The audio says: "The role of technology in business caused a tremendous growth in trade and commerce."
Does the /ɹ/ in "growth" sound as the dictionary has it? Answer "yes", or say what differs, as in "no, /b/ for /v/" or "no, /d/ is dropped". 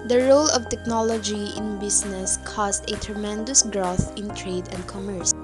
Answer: yes